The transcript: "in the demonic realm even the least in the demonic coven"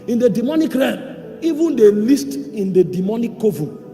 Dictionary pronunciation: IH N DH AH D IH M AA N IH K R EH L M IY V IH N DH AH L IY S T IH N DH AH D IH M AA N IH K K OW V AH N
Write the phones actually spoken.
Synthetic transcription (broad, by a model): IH N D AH D IH M AA N IH K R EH M IY V IH N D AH L IY S T IH N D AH D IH M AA N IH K K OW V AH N